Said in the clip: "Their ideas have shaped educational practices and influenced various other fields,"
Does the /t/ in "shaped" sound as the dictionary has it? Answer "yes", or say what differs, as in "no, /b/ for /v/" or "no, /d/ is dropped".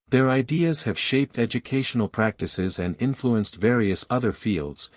yes